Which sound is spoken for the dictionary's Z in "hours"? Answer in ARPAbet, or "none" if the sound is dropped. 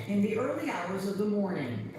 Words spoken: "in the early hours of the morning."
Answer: Z